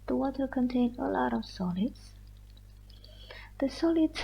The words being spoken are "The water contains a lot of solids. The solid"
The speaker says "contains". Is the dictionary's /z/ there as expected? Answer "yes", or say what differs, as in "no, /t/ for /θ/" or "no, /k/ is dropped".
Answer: no, /z/ is dropped